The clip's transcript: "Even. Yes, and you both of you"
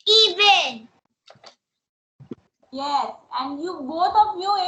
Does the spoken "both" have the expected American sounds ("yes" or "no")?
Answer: no